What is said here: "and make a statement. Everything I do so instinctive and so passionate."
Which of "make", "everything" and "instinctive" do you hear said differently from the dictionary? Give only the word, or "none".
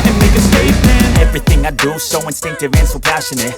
none